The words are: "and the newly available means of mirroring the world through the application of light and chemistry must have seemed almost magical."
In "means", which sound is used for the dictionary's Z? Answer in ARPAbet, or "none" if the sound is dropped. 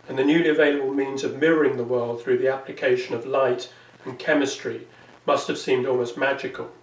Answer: Z